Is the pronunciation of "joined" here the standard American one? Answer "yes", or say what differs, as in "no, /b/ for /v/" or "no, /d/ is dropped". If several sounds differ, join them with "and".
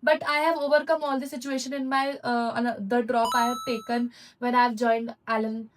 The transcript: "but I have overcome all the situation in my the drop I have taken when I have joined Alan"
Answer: yes